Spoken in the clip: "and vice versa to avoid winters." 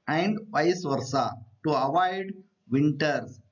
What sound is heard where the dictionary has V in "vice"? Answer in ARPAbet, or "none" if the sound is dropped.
P